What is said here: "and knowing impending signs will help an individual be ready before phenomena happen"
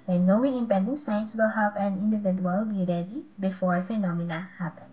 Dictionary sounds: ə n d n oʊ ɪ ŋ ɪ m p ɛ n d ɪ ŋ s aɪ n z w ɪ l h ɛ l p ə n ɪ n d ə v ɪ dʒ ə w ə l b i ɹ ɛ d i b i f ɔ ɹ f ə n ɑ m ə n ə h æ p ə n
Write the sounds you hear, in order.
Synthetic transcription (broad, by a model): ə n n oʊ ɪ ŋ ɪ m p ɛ n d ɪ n s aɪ n s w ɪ l h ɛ p ə n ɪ n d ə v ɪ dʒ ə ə l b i ɹ ɛ d i b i f ɔ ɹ f ə n ɑ m ə n ə h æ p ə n